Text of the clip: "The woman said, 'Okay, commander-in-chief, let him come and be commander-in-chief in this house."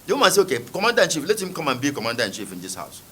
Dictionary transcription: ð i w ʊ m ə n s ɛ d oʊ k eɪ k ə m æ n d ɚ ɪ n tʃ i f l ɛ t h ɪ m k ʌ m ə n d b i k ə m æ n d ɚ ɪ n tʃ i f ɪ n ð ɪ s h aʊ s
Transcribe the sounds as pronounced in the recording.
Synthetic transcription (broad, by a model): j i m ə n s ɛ oʊ k eɪ k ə m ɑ n d ɪ n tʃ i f l ɛ t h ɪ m k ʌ m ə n b i k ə m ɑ n d ɪ n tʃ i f ɪ n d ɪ s h aʊ s